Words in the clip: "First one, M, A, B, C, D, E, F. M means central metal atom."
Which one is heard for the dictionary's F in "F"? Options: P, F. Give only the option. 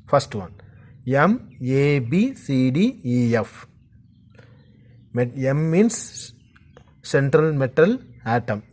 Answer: F